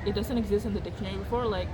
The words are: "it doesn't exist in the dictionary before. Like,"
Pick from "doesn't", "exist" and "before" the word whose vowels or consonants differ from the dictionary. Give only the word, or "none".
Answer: none